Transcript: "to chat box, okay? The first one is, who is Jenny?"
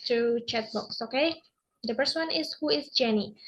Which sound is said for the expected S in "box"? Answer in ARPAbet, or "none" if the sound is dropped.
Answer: S